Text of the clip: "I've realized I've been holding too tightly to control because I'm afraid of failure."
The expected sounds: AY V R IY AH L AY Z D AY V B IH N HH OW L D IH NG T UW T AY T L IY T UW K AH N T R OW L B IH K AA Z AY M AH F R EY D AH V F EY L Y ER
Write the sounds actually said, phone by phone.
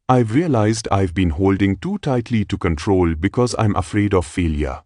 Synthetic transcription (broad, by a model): AY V R IY AH L AY Z D AY V B IH N HH OW L D IH NG T UW T AY T L IY T UW K AH N T R OW L B IH K AA Z AY M AH F R EY D AH V F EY L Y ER